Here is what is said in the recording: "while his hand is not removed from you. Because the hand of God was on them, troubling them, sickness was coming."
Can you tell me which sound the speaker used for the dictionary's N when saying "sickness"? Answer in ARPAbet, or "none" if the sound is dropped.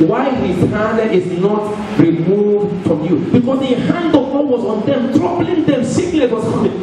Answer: L